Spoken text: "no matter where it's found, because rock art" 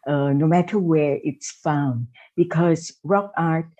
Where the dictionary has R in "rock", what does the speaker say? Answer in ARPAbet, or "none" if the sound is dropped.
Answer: R